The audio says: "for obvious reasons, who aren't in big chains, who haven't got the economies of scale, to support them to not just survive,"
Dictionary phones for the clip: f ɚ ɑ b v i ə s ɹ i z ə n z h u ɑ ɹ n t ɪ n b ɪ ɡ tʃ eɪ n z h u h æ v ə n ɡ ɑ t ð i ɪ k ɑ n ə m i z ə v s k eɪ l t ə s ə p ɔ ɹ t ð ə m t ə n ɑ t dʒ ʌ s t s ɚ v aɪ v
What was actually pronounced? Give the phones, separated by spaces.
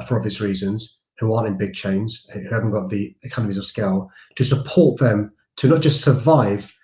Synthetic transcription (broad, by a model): f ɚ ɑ v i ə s ɹ i z ə n z h u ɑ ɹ n t ɪ n b ɪ ɡ tʃ eɪ n z h u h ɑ v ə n ɡ ɑ t ð i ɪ k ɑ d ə m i z ə v s k eɪ l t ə s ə p ɔ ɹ t ð ə m t ə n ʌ t dʒ ʌ s t s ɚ v aɪ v